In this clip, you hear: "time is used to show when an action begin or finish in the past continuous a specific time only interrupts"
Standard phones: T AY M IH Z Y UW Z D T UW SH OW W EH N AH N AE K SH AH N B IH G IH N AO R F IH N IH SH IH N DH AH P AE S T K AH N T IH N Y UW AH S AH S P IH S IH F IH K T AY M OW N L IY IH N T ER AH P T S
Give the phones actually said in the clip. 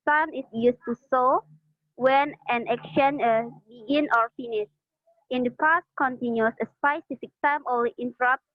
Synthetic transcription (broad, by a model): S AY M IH S Y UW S T UW S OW W EH N AH N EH K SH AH N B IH G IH N AO R F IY N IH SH IH N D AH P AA S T K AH N T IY N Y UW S AH S P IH S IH F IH K T AY M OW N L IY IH N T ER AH P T